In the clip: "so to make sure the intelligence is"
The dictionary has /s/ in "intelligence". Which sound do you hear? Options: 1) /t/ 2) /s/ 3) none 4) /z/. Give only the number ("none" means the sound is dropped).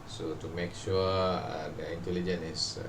3